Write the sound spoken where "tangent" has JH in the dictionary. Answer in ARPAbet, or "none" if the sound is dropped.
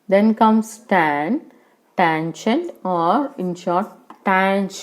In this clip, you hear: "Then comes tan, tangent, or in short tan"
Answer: SH